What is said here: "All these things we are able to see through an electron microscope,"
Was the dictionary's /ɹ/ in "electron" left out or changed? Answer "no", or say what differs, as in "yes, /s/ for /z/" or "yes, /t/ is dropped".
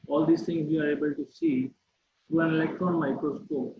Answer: no